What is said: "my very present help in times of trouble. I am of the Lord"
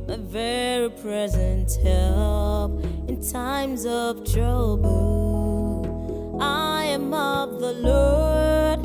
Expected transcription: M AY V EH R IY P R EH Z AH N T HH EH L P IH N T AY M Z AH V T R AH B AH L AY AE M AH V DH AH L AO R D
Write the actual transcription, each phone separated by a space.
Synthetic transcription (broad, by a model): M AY V EH R IY P R EH Z AH N T HH EH L P IH N T AY M Z AH V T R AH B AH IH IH M AH V DH AH L AO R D